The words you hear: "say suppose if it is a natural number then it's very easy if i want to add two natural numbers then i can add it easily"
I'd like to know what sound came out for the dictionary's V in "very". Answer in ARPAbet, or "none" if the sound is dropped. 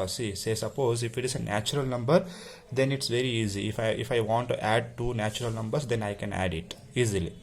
V